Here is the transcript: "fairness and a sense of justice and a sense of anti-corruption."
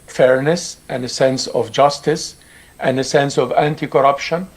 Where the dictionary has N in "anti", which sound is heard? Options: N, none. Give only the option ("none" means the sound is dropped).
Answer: N